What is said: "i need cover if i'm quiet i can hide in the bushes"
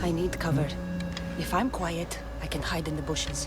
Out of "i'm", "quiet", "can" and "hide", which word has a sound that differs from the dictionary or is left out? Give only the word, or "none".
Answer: none